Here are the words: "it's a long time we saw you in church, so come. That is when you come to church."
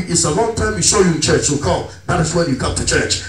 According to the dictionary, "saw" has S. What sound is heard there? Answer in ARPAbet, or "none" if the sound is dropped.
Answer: SH